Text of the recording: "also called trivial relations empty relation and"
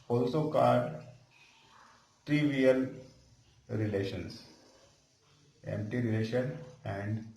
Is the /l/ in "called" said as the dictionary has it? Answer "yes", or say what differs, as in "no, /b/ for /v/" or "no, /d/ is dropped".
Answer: no, /l/ is dropped